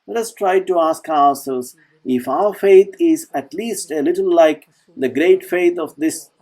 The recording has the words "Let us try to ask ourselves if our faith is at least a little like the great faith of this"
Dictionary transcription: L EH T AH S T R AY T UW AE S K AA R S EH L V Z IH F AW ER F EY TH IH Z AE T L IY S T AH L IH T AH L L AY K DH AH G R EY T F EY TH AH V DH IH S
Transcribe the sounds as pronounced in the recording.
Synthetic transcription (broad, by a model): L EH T AH S T R AY T UW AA S K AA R S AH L Z IH F AW ER F EY T IH Z AE T L IY S T AH L IH T AH L L AY K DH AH G R EY T F EY T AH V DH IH S